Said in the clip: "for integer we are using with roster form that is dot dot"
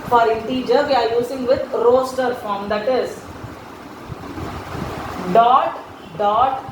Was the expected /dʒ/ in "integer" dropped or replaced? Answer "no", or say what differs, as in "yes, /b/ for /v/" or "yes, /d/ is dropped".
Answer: no